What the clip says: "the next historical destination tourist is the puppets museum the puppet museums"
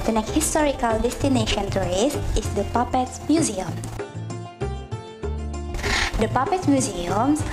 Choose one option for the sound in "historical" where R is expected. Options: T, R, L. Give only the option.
R